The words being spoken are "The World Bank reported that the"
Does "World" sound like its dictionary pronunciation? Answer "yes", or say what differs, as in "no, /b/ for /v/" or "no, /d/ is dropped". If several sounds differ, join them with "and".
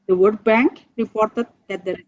no, /l/ is dropped